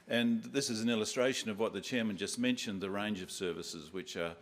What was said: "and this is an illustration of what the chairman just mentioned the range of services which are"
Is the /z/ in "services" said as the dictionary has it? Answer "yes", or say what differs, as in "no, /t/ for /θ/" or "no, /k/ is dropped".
yes